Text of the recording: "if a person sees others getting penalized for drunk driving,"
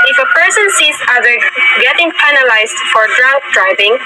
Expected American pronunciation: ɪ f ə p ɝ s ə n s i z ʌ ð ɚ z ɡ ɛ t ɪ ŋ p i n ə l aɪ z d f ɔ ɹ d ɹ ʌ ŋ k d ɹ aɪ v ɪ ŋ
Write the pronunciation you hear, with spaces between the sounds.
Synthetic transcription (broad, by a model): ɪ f ə p ɝ s ə n s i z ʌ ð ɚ ɡ ɛ t ɪ ŋ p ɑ n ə l aɪ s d f ɔ ɹ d ɹ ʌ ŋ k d ɹ aɪ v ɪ ŋ